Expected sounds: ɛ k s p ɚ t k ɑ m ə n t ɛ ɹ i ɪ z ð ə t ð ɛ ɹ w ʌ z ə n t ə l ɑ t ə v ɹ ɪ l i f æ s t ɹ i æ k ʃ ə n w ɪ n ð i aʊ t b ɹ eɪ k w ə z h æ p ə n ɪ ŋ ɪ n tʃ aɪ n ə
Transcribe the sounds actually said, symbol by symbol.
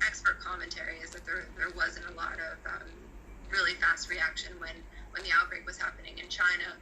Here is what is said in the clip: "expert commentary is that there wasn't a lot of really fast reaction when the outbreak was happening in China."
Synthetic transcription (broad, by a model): ɛ k s p ɚ t k ɑ m ə n t ɛ ɹ i ɪ z ð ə t ð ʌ ɹ w ʌ z ə n t ə l ɑ t ə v ɹ ɪ l i f æ s t ɹ i æ k ʃ ə n w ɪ n ð i aʊ t b ɹ eɪ k w ə z h æ p ə n ɪ ŋ ɪ n tʃ aɪ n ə